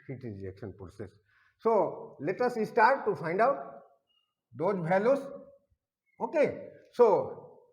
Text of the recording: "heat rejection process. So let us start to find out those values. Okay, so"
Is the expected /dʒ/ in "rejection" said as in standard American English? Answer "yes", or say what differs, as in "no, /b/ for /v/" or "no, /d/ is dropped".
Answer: no, /dʒ/ is dropped